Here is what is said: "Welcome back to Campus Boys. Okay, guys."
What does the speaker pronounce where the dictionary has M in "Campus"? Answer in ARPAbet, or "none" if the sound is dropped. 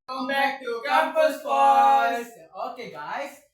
none